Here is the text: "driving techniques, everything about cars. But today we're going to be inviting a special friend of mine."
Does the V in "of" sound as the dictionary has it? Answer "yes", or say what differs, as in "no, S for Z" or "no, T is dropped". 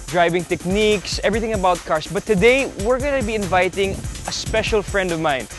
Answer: yes